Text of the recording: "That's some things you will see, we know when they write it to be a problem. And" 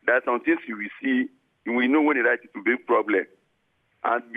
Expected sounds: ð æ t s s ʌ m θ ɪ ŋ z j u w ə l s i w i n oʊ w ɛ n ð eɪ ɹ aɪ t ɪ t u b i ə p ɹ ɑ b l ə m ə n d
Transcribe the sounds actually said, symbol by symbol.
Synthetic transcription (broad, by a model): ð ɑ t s s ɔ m t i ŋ s j u w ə s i w i n oʊ w ɛ n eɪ ɹ aɪ t ɪ t u b i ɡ p ɹ ɑ b l ə m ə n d